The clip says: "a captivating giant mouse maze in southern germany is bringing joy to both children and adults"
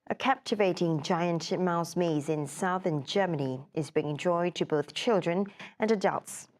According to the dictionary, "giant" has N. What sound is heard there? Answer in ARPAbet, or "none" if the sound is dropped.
N